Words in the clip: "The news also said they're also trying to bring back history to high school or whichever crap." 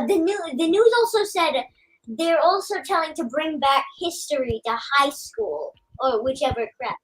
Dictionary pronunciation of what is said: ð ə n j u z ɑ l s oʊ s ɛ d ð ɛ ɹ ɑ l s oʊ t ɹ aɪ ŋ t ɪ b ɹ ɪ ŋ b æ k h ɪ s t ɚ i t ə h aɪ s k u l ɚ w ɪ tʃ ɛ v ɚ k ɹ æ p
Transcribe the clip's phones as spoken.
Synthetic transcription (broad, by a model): ð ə n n u z ɑ l s oʊ s ɛ d ð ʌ ɹ ɑ l s oʊ t l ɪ ŋ t ɪ b ɹ ɪ ŋ b æ k h ɪ s t ɚ i t ə h aɪ s k u l ɚ w ɪ tʃ ɛ v ɚ k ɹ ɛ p